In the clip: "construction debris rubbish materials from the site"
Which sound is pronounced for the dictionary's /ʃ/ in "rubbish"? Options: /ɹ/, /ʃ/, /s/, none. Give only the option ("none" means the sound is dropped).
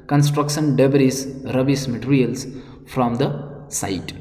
/s/